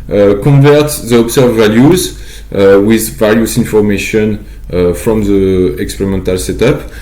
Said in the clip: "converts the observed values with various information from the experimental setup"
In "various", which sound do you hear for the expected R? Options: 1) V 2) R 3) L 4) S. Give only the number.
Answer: 3